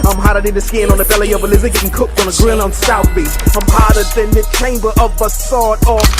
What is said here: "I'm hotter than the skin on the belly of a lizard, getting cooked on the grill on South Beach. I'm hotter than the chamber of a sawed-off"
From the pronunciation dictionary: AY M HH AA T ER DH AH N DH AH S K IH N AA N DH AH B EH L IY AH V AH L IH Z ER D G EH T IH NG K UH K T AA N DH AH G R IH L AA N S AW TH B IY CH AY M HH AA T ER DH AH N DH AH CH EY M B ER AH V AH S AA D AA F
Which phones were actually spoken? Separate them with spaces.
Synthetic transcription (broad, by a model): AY M HH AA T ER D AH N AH S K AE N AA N DH AH B EH L IY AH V AH L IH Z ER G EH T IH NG K UH K T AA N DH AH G R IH N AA N S AW TH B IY S AY M HH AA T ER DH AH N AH CH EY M B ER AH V AH S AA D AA